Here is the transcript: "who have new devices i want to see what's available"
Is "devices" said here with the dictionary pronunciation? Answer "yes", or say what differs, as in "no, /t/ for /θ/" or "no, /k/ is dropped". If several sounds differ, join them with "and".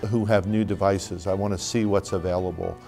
yes